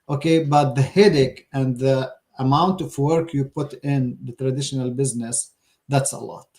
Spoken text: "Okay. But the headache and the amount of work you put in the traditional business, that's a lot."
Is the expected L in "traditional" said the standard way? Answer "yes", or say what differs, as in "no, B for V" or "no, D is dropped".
yes